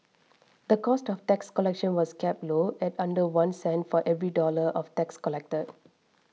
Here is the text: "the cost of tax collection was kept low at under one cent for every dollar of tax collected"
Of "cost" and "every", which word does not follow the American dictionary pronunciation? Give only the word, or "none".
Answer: none